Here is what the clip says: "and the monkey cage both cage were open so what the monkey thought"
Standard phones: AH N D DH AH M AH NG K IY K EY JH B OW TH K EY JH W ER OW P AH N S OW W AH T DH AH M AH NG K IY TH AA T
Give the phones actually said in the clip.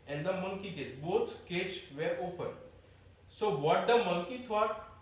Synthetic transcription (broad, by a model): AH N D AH M AH NG K IY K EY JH B OW T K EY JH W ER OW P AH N S OW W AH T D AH M AH NG K IY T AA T